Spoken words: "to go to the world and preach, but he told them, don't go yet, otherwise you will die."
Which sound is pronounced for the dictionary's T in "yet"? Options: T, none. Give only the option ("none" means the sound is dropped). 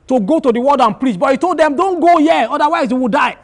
none